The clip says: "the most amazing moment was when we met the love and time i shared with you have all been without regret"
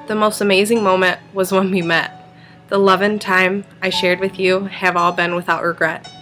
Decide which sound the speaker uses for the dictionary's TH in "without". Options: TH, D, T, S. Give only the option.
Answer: TH